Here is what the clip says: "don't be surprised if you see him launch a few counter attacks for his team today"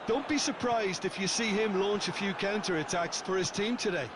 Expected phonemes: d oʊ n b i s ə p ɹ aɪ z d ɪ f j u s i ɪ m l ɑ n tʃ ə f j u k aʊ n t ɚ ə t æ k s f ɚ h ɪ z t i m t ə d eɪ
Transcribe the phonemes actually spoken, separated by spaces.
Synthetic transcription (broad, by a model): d oʊ n b i s ə p ɹ aɪ z d ɪ f j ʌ s i ɪ m l ɑ n tʃ ə f j u k aʊ n t ɚ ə t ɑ k s f ɚ ɪ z t i m t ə d eɪ